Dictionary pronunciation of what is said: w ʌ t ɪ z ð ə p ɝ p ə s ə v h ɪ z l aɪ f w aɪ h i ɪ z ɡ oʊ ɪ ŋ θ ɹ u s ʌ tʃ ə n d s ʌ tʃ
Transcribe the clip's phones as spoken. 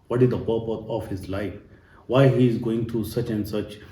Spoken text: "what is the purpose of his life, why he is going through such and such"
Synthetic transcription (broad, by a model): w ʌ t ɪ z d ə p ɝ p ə ə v h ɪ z l aɪ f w aɪ h i ɪ z ɡ oʊ ɪ ŋ t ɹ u s ʌ tʃ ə n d s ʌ tʃ